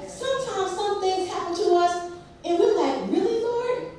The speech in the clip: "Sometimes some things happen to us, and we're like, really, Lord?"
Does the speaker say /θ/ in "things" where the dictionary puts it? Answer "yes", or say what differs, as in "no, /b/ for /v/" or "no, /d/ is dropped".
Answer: yes